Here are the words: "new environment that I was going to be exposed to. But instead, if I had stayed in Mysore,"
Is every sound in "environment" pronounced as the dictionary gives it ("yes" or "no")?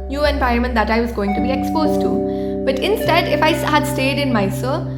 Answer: no